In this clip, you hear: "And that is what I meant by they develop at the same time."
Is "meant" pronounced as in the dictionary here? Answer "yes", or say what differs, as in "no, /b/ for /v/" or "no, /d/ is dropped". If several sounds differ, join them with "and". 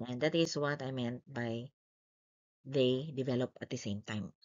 yes